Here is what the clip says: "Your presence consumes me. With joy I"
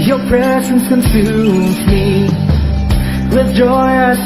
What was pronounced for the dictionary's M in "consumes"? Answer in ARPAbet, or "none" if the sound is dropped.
none